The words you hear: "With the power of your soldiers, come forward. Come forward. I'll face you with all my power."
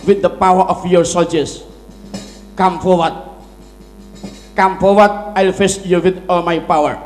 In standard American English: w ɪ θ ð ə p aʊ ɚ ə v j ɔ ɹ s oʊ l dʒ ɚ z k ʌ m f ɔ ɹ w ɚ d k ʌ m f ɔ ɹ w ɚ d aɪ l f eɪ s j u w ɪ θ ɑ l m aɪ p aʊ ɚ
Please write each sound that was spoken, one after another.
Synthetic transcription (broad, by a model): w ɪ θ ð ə p aʊ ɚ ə f j ɔ ɹ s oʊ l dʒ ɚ s k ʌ m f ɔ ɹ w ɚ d k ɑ m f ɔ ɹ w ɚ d aɪ l f eɪ s j u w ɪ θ ɑ l m aɪ p aʊ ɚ